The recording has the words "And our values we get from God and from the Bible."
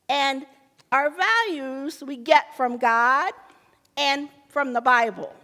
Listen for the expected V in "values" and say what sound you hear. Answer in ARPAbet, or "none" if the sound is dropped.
V